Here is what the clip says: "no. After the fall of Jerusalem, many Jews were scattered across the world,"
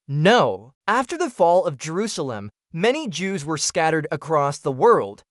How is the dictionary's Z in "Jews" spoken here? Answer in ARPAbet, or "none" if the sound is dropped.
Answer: Z